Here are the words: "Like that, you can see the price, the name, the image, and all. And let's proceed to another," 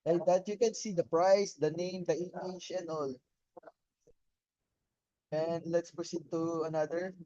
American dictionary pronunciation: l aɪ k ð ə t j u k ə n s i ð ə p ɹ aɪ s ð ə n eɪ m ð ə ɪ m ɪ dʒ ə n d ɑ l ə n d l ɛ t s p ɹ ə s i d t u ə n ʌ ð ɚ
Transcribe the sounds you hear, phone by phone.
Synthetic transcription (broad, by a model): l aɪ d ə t j u k ə n s i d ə p ɹ aɪ s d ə n eɪ m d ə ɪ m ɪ tʃ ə n ɑ l ə n d l ɛ t s p ɹ ə s i d t u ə n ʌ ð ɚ